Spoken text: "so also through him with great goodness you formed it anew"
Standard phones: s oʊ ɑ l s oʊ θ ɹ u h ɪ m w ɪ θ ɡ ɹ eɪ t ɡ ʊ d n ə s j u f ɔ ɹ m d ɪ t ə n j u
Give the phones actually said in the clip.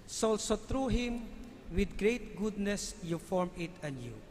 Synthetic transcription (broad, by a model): s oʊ ɑ l s oʊ t ɹ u h ɪ m w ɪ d ɡ ɹ eɪ t ɡ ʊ d n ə s j u f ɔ ɹ m ɪ t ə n j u